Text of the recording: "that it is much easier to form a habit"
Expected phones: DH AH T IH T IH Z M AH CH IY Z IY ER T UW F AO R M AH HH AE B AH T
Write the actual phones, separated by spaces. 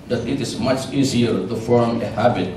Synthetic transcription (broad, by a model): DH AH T IH T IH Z M AH CH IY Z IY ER T UW F AO R M AH HH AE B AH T